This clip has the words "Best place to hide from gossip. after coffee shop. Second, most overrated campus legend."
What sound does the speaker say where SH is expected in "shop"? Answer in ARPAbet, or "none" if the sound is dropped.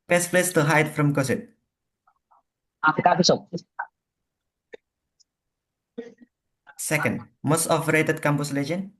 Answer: S